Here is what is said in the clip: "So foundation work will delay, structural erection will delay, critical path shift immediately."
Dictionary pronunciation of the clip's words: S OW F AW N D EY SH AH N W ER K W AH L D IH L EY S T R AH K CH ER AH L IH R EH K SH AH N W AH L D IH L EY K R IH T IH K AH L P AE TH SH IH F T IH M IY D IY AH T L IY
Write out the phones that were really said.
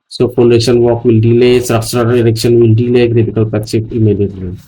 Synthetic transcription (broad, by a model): S OW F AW N D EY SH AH N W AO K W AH L D IH L EY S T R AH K S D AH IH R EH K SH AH N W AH L D IH L EY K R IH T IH K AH L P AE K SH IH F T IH M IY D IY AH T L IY